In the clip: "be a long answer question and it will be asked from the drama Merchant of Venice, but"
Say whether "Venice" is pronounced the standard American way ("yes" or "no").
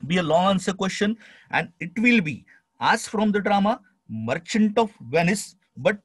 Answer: yes